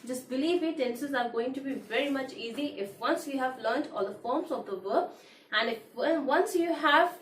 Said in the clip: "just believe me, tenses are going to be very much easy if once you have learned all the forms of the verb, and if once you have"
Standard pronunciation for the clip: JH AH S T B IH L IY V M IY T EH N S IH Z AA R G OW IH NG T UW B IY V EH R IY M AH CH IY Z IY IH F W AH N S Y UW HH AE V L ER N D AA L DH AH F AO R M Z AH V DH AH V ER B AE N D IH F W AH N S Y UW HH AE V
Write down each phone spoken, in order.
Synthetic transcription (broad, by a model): JH AH S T B IH L IY V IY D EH N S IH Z AA R G OW IH NG T UW B IY V EH R IY M AH CH IY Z IY IH F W AH N S Y UW HH AE V L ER N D AA L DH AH F AO R M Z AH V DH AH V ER AE N D IH F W AH N S Y UW HH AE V